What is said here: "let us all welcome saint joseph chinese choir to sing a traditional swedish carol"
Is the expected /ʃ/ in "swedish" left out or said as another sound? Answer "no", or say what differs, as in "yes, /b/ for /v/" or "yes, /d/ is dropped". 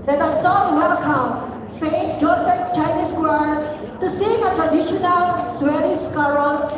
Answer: yes, /s/ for /ʃ/